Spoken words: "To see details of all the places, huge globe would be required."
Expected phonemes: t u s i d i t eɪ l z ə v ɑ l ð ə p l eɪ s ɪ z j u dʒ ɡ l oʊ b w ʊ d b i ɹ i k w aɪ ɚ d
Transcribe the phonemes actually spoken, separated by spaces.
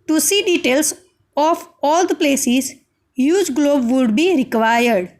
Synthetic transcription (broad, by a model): t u s i d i t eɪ l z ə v ɑ l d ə p l eɪ s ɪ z j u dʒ ɡ l oʊ b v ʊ d b i ɹ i k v aɪ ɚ d